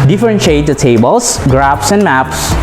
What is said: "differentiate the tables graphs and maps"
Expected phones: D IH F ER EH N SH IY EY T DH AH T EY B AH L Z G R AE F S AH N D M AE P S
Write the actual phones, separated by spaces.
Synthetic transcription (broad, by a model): D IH F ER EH N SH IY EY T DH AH T EY B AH L S G R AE P S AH N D M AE P S